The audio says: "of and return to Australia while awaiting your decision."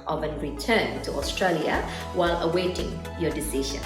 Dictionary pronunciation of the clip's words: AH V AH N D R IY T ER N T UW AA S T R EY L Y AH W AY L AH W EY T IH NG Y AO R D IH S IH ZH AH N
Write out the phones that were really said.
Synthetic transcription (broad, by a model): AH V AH N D R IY T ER N T UW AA S T R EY L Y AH W AY L AH W EY T IH NG Y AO D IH S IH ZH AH N